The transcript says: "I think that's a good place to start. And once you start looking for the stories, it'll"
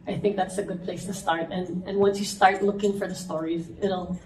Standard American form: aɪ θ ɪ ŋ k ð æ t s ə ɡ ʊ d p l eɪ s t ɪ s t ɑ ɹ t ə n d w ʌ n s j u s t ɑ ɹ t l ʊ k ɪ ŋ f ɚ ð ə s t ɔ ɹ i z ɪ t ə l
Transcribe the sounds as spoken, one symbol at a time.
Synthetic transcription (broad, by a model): aɪ θ ɪ ŋ k ð æ t s ə ɡ ʊ d p l eɪ s t ɪ s t ɑ ɹ t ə n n w ʌ n s j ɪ s t ɑ ɹ t l ʊ k ɪ ŋ f ɚ ð ə s t ɔ ɹ i z ɪ t l